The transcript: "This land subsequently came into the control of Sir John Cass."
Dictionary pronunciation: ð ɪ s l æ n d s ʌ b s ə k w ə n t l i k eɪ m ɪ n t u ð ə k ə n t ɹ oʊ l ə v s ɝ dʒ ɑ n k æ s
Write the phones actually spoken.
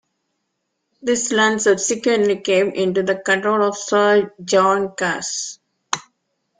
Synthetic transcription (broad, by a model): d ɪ s l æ n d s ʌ s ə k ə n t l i k eɪ m ɪ n t u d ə k ə n t ɹ oʊ l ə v s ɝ dʒ ɑ n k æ s